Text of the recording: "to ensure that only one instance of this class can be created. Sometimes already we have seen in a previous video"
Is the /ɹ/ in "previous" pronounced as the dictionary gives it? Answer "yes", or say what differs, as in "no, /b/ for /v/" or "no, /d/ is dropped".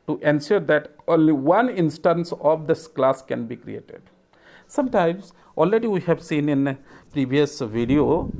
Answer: yes